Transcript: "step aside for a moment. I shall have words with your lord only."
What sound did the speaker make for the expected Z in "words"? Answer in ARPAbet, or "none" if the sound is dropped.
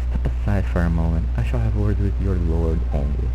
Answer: none